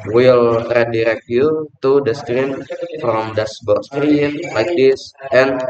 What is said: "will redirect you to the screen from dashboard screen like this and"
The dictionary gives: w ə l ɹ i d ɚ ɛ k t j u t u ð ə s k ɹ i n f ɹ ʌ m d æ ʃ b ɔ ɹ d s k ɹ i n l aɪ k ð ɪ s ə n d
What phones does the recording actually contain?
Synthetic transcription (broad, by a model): w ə l ɹ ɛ d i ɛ k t j u t u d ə s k ɹ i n f ɹ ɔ m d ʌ s b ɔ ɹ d s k ɹ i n l aɪ k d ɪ s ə n